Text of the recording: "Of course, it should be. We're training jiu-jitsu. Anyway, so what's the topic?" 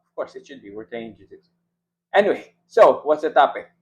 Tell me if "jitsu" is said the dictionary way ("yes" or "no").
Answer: no